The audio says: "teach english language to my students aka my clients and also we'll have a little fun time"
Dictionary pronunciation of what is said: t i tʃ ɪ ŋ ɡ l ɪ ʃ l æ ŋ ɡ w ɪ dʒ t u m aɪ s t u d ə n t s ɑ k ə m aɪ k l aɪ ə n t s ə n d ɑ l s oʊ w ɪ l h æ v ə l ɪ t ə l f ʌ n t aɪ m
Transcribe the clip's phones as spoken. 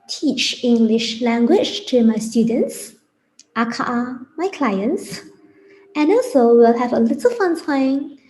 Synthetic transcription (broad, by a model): t i tʃ ɪ ŋ ɡ l ɪ ʃ l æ ŋ ɡ w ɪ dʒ t u m aɪ s t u d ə n t s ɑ k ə m aɪ k l aɪ ə n t s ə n ɑ l s oʊ w ɪ l h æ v ə l ɪ t ə l f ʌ n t aɪ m